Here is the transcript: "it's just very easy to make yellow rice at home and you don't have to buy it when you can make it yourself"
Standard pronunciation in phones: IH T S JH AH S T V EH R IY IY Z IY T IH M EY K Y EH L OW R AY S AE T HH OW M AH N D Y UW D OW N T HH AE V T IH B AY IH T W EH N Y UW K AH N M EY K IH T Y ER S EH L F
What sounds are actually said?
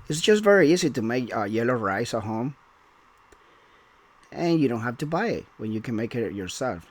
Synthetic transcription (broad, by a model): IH T S JH AH S T V EH R IY IY Z IY T IH M EY K Y EH L OW R AY S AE T HH OW M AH N Y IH D OW N T HH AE F T IH B AY IH T W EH N Y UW K AH N M EY K IH T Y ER S EH L F